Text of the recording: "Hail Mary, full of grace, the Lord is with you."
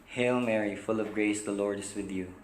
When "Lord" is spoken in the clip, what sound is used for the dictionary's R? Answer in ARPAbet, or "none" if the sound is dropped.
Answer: R